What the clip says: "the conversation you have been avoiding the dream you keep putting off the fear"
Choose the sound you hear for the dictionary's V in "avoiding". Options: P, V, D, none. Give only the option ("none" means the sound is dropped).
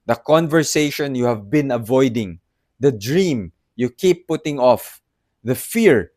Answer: V